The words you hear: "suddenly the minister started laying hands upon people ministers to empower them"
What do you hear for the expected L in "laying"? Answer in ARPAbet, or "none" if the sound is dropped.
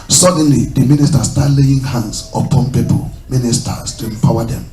L